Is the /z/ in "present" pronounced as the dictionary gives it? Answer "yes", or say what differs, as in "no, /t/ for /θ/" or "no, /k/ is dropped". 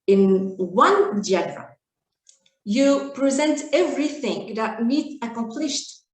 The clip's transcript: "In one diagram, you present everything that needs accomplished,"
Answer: yes